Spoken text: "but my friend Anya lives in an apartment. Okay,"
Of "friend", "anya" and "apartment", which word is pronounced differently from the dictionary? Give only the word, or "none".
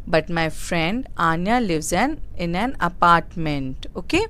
none